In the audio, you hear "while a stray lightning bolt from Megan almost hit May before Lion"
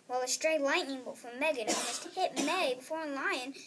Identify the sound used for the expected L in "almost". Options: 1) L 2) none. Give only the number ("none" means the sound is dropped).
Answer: 2